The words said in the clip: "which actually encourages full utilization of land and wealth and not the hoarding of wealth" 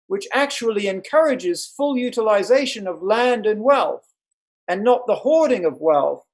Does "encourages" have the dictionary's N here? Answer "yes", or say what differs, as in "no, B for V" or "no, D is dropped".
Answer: yes